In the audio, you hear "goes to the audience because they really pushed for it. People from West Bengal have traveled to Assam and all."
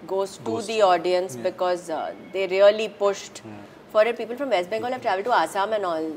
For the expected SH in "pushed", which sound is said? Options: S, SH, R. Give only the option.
SH